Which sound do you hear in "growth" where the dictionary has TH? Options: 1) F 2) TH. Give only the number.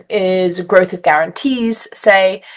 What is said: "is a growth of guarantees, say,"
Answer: 2